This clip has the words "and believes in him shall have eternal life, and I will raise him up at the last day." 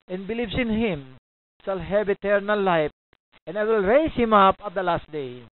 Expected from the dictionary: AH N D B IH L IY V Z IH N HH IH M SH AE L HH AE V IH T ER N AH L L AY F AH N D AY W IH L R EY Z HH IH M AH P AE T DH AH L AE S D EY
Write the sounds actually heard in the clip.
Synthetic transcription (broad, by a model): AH N B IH L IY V S IH N HH IH M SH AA L HH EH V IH T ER N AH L L AY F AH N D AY W IH L R EY S HH IH M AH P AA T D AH L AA S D EY